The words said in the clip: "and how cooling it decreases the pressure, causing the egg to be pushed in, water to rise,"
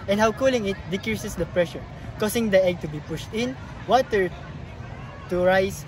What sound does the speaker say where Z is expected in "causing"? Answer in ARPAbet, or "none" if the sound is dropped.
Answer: S